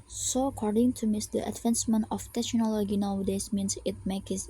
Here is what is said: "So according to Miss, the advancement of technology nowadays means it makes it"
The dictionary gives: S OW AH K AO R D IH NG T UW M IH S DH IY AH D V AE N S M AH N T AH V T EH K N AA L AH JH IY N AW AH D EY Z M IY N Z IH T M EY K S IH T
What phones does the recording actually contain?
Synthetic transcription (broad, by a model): S OW AH K AO R D IH NG T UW M IH S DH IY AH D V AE N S M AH N AH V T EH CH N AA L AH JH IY N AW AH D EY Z M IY N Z IH T M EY K IH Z